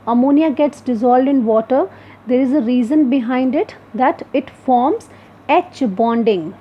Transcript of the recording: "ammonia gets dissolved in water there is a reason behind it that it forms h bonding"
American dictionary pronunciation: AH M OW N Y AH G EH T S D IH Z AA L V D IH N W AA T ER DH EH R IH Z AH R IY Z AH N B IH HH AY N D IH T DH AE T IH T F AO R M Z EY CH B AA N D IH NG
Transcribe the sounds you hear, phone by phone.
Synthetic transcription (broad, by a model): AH M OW N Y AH G EH T S D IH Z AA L D IH N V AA T ER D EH R IH Z AH R IY Z AH N B IH HH AY N D IH T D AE T IH T F AO R M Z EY CH B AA N D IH NG